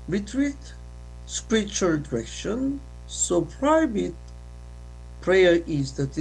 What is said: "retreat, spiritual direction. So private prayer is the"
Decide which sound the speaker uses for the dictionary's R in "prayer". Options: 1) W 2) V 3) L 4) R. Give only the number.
4